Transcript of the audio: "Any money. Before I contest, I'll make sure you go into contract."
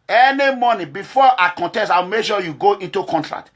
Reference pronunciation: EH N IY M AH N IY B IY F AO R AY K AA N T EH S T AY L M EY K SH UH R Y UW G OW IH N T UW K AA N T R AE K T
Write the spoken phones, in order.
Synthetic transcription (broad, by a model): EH N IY M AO N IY B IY F AO AY K AA N T EH S T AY W M EY K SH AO Y UW G OW IH N T UW K AA N T R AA K T